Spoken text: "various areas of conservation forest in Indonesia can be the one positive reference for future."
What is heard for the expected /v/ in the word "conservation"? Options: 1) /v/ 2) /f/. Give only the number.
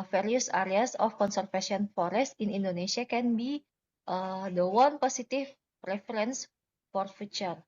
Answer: 2